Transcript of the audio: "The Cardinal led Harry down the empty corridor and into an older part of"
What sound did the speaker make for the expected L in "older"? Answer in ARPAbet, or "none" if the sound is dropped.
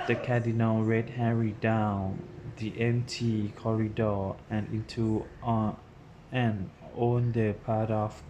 N